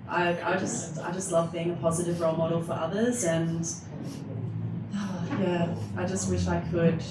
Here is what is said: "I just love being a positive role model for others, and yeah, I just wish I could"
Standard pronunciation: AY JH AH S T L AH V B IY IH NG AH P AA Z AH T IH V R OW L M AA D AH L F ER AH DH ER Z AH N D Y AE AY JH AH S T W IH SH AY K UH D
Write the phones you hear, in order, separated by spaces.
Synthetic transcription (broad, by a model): AY JH AH S T L AH V B IY IH NG AH P AA Z AH T IH V R OW L M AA D L F ER AH DH ER Z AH N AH Y AE AY JH AH S T W IH SH AY K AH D